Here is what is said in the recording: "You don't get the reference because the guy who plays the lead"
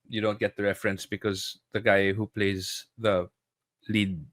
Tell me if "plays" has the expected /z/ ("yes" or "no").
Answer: yes